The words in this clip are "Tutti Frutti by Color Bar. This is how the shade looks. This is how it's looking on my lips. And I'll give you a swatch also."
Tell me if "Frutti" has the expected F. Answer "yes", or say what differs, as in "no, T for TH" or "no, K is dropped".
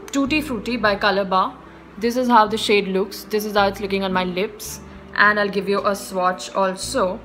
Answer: yes